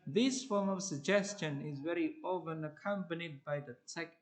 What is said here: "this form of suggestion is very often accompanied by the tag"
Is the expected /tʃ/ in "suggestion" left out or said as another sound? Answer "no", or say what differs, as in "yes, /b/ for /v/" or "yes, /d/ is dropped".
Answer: no